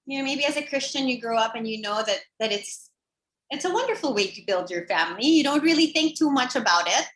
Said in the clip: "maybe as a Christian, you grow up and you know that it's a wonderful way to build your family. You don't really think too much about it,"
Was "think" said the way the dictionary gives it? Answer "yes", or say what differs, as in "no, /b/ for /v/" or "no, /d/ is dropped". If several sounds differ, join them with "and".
yes